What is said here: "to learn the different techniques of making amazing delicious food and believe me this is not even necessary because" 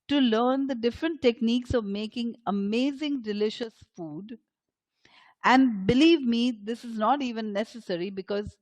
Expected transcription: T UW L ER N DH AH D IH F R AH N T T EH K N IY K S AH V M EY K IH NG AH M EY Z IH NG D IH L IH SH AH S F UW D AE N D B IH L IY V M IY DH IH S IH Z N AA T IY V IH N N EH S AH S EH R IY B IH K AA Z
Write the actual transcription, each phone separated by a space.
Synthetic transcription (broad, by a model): T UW L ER N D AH D IH F R AH N T T EH K N IY K S AH V M EY K IH NG AH M EY Z IH NG D IH L IH SH AH S F UW D AE N D B IH L IY V M IY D IH S IH Z N AA T IY V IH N N EH S AH S EH R IY B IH K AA Z